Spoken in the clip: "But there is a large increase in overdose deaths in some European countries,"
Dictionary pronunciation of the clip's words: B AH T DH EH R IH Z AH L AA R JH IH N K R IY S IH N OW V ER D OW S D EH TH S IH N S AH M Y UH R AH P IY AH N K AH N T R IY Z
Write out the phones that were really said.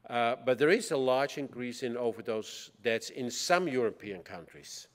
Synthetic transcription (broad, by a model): B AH T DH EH R IH Z AH L AA R JH IH N K R IY S IH N OW V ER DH OW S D EH T S IH N S AH M Y UH R AH P IY AH N K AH N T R IY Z